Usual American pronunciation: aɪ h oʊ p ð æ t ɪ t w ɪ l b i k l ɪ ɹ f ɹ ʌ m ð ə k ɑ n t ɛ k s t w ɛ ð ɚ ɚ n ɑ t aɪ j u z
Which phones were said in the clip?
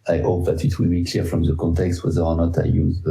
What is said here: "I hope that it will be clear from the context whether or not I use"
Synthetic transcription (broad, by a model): aɪ h oʊ p ð æ t ɪ t w ɪ l b i k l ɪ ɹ f ɹ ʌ m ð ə k ɑ n t ɛ k s t w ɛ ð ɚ ɚ n ɑ t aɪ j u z